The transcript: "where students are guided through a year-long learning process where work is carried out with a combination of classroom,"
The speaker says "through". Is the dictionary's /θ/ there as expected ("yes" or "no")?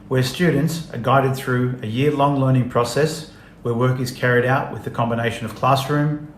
yes